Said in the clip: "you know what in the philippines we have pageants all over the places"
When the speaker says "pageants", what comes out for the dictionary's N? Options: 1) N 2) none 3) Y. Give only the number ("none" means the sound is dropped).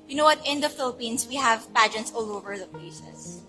2